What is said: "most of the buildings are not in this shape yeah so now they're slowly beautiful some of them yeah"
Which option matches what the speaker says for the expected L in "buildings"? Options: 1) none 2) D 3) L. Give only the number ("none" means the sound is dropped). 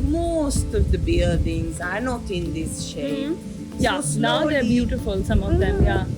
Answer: 1